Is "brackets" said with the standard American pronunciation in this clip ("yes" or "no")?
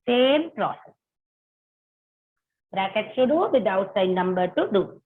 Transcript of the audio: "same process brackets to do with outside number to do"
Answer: yes